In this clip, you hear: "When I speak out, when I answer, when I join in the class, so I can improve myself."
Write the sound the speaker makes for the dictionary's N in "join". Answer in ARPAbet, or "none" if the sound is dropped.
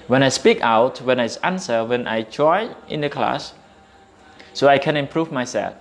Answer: none